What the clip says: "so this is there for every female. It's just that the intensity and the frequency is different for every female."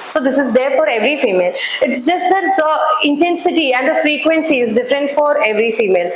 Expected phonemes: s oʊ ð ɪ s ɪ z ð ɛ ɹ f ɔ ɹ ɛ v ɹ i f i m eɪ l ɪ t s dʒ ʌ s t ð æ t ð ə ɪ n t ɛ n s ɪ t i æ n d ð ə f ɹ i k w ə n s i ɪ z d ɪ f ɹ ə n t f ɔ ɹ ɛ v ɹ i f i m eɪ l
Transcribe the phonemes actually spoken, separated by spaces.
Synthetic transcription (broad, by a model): s oʊ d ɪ s ɪ z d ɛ ɹ f ɔ ɹ ɛ v ɹ i f i m eɪ l ɪ t s dʒ ʌ s t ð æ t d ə ɪ n t ɛ n s ɪ t i æ n d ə f ɹ i k w ə n s i ɪ z d ɪ f ɹ ə n t f ɔ ɹ ɛ v ɹ i f i m eɪ l